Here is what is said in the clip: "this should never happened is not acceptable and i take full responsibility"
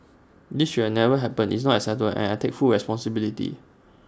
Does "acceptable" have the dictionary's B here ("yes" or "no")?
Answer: no